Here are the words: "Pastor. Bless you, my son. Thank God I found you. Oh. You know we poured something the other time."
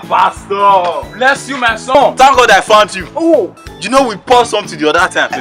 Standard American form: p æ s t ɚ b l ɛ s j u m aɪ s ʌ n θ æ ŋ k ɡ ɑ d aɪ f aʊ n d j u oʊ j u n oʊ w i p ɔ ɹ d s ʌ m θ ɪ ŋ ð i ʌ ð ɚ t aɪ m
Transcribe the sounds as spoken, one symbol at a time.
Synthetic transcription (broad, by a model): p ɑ s t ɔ b l ɛ s j u m aɪ s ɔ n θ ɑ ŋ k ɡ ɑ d aɪ f aʊ n d j u oʊ j u n oʊ w i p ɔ s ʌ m t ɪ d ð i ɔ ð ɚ t aɪ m